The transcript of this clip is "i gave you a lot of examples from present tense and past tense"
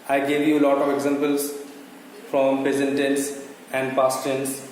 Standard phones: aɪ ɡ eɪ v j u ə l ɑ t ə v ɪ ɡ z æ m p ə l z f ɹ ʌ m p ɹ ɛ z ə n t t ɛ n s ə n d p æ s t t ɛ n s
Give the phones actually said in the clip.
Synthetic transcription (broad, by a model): aɪ ɡ eɪ v j u l ɑ t ə v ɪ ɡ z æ m p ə l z f ɹ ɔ m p ɛ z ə n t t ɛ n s ə n d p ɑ s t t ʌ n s